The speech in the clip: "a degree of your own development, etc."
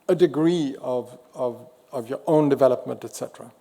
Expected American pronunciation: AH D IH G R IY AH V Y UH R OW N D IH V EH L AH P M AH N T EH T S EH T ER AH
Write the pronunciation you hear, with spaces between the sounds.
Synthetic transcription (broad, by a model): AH D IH G R IY AH V Y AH R OW N D IH V EH L AH P M AH N T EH T S EH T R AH